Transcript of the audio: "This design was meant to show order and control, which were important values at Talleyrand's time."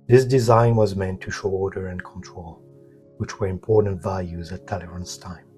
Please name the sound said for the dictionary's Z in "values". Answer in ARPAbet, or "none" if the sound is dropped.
Z